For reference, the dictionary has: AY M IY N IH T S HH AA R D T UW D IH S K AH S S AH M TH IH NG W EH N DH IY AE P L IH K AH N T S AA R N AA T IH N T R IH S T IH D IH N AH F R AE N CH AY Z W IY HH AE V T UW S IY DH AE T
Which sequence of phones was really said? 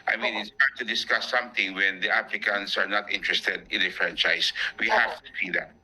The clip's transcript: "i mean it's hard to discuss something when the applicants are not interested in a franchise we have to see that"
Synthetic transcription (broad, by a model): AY M IY N IH T S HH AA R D T UW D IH S K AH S S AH M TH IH NG W EH N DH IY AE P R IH K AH N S AA R N AA T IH N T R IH S T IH D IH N AH F R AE N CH AY S W IY HH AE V T UW S IY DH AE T